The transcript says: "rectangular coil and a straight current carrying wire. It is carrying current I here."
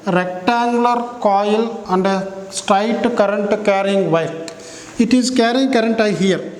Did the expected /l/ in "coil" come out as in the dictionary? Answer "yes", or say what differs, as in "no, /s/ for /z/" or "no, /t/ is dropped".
yes